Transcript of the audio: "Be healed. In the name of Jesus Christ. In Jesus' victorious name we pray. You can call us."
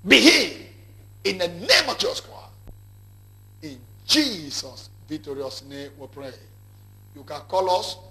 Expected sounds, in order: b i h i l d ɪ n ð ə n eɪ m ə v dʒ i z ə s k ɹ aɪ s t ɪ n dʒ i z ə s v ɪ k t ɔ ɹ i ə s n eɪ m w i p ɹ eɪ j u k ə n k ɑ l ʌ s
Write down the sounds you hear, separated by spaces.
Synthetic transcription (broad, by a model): b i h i ɪ n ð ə n eɪ m ə v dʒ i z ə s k aɪ ɪ n dʒ i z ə s v ɪ k t ɔ ɹ i ə s n eɪ m w i p ɹ eɪ j u k ə n k ɑ l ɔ s